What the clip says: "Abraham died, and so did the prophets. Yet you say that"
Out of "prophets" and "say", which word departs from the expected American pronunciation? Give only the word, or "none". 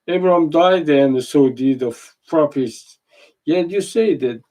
prophets